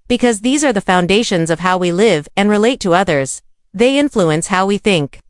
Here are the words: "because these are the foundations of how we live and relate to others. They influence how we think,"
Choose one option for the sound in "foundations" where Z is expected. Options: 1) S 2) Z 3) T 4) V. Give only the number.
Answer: 2